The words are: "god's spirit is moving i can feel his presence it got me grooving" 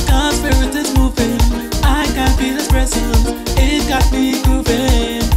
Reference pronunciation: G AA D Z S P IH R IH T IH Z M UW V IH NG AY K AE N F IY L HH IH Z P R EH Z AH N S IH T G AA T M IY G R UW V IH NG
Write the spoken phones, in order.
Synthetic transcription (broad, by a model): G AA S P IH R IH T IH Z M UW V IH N AY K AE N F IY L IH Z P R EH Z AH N IH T G AA T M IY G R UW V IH